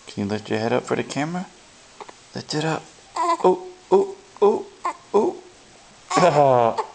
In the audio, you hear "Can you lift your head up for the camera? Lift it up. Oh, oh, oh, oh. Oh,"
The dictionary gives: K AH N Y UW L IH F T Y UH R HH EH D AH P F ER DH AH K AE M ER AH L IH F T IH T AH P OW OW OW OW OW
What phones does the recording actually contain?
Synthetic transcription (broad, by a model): K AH N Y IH L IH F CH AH R HH EH D AH P F ER DH AH K AE M ER AH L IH T IH T AH P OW OW OW OW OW